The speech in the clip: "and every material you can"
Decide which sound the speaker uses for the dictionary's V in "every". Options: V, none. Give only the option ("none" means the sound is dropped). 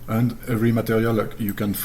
none